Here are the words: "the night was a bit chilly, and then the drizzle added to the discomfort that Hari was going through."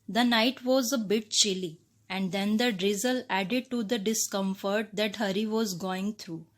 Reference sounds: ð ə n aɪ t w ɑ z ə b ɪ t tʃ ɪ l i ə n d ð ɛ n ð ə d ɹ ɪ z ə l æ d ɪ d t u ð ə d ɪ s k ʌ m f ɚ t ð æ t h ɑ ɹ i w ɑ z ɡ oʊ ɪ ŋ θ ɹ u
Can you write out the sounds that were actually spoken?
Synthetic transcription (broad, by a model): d ə n aɪ t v ɑ z ə b ɪ t tʃ ɪ l i ə n d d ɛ n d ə d ɹ ɪ z ə l æ d ɪ d t u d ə d ɪ s k ʌ m f ɚ t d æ t h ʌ ɹ i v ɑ z ɡ oʊ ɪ ŋ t ɹ u